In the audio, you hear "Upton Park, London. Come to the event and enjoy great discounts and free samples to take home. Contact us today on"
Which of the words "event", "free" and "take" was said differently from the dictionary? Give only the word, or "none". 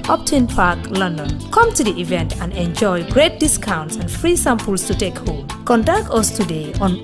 none